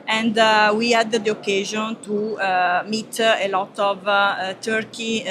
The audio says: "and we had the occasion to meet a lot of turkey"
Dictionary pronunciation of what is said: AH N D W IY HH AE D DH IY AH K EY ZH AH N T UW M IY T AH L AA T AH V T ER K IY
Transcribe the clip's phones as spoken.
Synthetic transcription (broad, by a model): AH N D W IY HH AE D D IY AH K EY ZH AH N T UW M IY T AH L AA T AH V T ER K IY